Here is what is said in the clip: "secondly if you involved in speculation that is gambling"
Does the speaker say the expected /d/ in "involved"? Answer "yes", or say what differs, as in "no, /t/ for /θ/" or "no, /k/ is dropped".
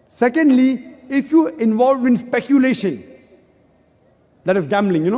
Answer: no, /d/ is dropped